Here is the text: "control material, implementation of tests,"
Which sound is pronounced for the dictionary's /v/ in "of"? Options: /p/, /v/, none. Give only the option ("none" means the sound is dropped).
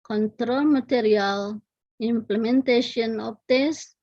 /p/